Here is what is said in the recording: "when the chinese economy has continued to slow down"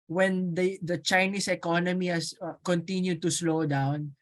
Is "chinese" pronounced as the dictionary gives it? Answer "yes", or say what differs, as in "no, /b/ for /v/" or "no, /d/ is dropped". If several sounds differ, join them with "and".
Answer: no, /s/ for /z/